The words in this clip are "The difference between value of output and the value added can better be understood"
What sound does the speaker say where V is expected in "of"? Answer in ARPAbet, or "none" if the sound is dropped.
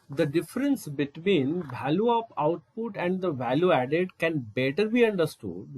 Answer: P